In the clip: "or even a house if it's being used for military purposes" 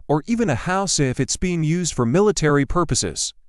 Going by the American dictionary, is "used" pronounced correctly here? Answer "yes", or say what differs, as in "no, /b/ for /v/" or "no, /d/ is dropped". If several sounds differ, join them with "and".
yes